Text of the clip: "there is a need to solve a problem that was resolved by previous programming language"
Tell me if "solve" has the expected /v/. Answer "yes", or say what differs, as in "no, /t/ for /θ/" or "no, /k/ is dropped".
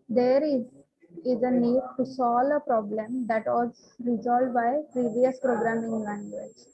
no, /v/ is dropped